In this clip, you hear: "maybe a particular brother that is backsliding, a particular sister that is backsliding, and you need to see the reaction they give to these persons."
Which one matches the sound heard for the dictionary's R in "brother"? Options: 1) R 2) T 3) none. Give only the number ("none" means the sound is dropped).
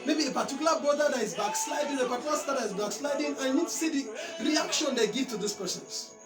3